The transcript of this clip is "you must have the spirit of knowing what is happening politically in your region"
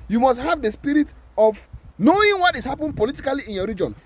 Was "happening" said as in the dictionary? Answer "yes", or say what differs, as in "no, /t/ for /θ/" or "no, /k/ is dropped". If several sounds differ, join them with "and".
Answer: no, /n/ is dropped